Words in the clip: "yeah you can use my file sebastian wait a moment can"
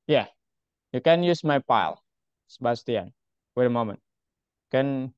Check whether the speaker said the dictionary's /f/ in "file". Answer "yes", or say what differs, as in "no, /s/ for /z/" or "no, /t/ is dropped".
no, /p/ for /f/